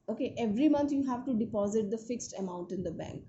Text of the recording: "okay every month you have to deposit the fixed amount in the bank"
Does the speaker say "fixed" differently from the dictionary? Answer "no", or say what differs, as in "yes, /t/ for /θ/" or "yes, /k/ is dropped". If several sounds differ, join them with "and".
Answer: no